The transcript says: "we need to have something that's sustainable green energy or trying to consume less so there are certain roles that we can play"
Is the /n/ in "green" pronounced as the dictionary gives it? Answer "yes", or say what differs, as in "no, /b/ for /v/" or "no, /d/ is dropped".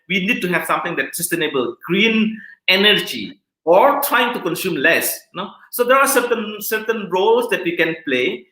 yes